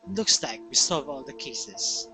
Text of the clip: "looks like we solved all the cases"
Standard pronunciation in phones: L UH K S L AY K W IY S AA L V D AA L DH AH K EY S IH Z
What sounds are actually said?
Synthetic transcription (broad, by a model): L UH K S L AY K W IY S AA V AA L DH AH K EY S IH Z